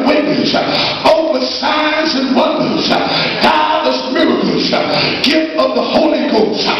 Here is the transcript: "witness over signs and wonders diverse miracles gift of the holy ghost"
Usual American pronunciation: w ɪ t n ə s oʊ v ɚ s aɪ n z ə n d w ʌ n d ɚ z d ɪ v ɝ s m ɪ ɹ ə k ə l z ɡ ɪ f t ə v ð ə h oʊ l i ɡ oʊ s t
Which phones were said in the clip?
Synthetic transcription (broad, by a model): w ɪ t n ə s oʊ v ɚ s aɪ n z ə n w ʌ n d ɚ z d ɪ ɝ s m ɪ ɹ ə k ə z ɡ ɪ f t ə v ð ə h oʊ l i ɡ oʊ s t